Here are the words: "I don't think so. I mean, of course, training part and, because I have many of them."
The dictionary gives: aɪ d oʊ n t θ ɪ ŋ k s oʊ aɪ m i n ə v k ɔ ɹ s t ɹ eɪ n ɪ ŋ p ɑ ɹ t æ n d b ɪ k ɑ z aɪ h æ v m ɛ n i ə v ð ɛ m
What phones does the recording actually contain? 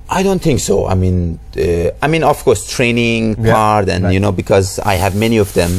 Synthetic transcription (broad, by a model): aɪ d oʊ n t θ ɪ ŋ k s oʊ aɪ m i n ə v k ɔ ɹ s t ɹ eɪ n ɪ ŋ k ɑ ɹ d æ n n b ɪ k ɑ z aɪ h æ v m ɛ n i ə v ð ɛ m